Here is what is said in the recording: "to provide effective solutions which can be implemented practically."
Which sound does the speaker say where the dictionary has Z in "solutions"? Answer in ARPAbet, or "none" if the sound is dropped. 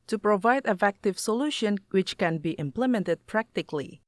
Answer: none